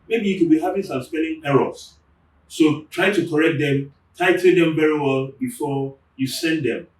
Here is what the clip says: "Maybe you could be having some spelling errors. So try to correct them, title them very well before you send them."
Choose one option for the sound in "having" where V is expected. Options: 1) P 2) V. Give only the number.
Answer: 1